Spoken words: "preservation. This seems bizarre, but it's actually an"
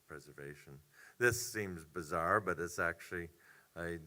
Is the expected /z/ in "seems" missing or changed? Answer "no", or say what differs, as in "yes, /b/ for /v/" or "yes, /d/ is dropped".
no